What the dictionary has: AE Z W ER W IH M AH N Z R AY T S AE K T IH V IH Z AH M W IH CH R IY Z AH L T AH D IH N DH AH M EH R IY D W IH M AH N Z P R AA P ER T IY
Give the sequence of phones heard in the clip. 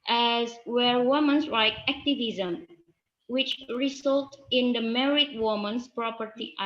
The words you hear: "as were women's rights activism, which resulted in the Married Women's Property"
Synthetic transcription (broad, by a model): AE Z W ER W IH M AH N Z R AY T AE K T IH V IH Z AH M W IH CH R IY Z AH L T IH N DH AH M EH R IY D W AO M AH N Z P R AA P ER T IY